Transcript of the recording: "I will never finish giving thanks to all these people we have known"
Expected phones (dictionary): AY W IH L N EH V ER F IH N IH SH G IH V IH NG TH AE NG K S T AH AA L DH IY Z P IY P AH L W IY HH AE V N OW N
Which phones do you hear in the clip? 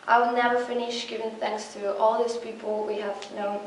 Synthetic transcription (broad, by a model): AY W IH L N EH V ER F IH N IH SH G IH V IH NG TH AE NG K S T AH AA L DH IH S P IY P AH L W IY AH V N OW